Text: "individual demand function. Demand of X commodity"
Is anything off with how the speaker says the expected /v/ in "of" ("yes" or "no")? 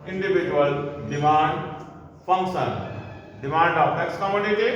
yes